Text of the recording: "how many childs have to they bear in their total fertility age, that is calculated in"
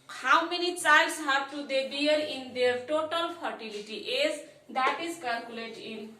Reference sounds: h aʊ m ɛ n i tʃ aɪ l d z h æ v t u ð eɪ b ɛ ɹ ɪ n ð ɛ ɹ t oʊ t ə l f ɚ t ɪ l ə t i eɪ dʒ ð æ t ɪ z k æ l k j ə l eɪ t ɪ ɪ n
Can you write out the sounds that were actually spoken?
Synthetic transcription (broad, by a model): h aʊ m ɛ n i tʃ aɪ l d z h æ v t u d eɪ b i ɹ ɪ n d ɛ ɹ t oʊ t ə l p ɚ t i l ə t i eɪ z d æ t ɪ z k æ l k j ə l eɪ t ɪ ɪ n